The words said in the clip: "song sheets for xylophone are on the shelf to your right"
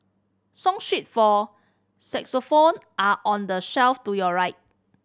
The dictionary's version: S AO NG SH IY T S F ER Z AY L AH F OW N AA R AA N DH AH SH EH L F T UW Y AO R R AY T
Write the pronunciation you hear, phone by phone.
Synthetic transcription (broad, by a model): S AO NG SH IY T F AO S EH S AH F OW N AA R AA N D AH SH EH L F T UW Y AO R R AY T